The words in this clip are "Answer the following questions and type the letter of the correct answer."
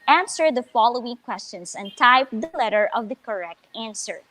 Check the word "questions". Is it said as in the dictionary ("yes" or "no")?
no